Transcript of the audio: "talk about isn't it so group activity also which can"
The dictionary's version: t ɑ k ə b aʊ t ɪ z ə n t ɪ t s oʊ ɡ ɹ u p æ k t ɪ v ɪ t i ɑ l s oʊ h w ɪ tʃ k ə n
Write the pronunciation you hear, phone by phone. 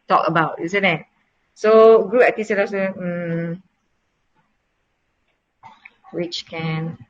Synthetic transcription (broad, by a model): t ɑ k ə b aʊ t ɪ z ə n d ɪ t s oʊ ɡ ɹ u æ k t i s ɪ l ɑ s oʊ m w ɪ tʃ k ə n